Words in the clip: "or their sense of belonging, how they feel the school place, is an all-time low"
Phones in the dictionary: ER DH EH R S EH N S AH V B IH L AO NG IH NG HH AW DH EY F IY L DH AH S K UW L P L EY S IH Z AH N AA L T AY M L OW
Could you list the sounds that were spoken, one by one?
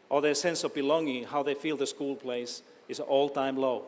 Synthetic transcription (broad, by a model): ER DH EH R S EH N S AH V B IH L AO NG IH NG HH AW DH EY F IY L DH AH S K UW L P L EY IH S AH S AA L T AY M L OW